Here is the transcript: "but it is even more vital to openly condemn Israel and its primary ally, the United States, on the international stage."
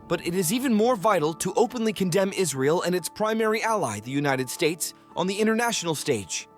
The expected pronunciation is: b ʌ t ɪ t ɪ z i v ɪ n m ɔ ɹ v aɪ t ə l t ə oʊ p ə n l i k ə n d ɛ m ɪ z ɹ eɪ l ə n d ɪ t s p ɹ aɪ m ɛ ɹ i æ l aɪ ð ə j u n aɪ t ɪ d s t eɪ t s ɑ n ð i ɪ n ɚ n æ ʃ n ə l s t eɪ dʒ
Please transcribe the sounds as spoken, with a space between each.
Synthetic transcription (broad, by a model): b ʌ t ɪ t ɪ z i v ɪ n m ɔ ɹ v aɪ t l t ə oʊ p ə n l i k ə n d ɛ m ɪ z ɹ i l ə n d ɪ t s p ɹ aɪ m ɛ ɹ i æ l aɪ ð ə j u n aɪ t ɪ d s t eɪ t s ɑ n ð i ɪ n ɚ n æ ʃ n l s t eɪ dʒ